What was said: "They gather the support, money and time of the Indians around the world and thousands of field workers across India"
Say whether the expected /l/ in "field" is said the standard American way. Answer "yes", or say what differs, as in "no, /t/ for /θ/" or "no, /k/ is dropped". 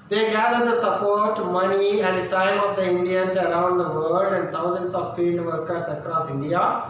no, /n/ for /l/